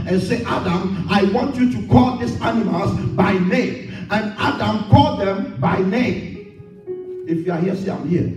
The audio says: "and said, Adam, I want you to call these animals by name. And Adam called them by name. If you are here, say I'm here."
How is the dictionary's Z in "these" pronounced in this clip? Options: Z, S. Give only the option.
S